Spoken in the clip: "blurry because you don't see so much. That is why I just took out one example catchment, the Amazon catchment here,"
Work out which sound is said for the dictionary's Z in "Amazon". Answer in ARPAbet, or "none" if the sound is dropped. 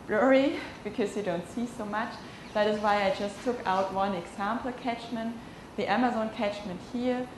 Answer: Z